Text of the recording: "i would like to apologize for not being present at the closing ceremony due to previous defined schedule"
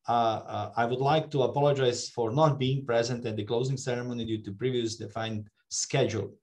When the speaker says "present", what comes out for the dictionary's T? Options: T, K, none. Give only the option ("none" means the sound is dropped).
T